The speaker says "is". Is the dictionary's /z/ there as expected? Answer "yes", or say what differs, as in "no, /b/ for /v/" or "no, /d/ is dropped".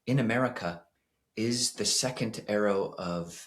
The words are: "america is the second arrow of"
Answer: yes